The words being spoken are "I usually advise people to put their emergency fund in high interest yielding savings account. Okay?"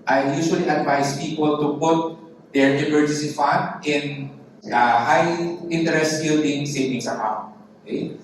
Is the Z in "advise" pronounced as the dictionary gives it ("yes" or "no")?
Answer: no